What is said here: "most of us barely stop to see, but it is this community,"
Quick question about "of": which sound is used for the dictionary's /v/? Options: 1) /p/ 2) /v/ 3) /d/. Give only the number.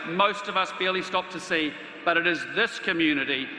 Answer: 2